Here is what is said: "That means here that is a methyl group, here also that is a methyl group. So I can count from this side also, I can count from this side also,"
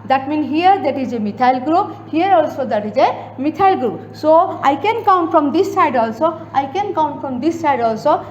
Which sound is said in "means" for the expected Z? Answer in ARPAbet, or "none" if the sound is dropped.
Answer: none